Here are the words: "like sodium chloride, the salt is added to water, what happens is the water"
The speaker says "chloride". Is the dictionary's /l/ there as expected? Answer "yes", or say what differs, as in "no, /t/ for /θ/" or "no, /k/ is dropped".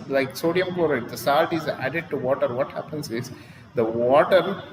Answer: no, /l/ is dropped